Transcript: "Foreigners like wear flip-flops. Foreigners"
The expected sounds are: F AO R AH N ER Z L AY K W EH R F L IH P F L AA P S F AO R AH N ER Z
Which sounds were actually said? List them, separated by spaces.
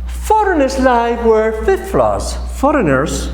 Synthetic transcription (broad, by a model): F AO R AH N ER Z L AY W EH R F IH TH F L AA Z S F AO R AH N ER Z